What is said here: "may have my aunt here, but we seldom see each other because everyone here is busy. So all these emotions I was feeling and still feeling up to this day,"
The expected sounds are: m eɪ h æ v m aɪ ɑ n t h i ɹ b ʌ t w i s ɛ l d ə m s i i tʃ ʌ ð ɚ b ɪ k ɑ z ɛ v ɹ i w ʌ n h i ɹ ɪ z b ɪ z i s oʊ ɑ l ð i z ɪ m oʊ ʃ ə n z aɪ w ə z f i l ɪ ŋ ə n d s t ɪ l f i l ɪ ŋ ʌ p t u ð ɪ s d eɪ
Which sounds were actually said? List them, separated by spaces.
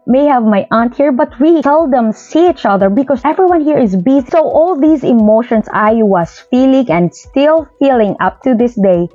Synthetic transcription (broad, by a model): m eɪ h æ v m aɪ ɑ n t h i ɹ b ʌ t w i s ɛ l d ə m s i i tʃ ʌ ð ɚ b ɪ k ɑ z ɛ v ɹ i w ʌ n h i ɹ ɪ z b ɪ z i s oʊ ɑ l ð i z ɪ m oʊ ʃ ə n s aɪ w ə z f i l ɪ ŋ ə n d s t ɪ l f i l ɪ ŋ ʌ p t u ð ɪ s d eɪ